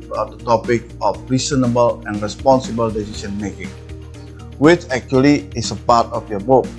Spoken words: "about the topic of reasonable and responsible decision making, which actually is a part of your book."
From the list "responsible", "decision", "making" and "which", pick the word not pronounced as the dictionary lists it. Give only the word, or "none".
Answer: decision